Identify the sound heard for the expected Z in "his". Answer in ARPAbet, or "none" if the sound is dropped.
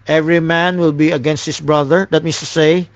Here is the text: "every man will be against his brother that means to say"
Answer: S